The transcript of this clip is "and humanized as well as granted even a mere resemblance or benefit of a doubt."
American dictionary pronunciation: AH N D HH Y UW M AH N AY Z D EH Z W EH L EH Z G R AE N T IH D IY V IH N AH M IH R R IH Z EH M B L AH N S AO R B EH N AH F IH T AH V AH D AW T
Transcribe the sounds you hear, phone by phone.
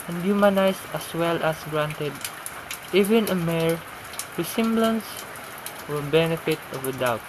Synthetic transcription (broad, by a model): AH N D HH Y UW M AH N AY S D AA S W EH L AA S G R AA N T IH D IY V IH N AH M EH R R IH S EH M B L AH N S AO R B EH N AH F IH T AH V AH D AW T